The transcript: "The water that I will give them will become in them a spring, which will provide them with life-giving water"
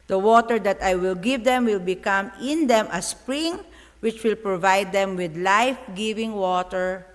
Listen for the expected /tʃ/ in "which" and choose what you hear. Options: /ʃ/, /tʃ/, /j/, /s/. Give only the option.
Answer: /tʃ/